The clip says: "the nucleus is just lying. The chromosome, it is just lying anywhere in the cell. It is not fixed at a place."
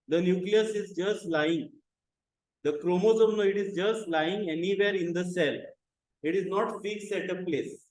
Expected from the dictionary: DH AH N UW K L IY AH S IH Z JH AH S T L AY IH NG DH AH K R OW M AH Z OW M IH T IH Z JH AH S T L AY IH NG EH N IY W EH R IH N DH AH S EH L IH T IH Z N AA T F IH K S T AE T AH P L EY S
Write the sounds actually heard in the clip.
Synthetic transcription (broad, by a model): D AH N UW K L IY AH S IH Z JH AH S T L AY IH NG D AH K R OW M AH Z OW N IH T IH Z JH AH S T L AY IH NG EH N IY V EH R IH N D AH S EH L IH T IH Z N AA T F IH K S AE T AH P L EY S